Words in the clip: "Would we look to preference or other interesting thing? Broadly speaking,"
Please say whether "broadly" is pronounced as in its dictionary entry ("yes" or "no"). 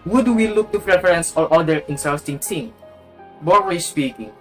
no